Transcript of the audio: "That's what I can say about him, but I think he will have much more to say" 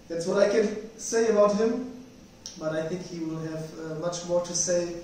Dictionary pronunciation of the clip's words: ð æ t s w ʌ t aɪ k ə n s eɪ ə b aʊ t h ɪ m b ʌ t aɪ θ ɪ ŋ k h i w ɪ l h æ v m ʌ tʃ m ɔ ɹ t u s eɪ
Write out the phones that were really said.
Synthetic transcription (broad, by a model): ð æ t s w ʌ t aɪ k ə n s eɪ ə b aʊ t h ɪ m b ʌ t aɪ θ ɪ ŋ k h i w ɪ l h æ v m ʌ tʃ m ɔ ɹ t u s eɪ